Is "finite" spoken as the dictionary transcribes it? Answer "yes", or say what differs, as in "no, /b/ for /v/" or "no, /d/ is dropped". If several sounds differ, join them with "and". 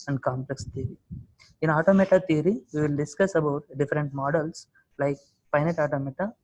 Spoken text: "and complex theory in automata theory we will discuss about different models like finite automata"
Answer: no, /p/ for /f/